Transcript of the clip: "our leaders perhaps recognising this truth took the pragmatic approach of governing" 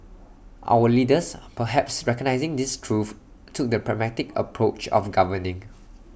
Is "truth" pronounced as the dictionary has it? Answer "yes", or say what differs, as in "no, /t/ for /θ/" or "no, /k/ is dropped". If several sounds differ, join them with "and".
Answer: no, /f/ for /θ/